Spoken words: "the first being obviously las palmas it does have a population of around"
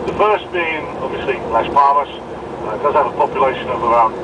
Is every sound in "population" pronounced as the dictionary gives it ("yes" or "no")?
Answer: yes